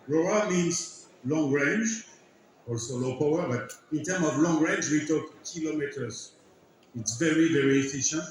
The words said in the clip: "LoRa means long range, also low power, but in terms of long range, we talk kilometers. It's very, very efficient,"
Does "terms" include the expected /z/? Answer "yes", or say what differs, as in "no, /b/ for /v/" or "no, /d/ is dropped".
no, /z/ is dropped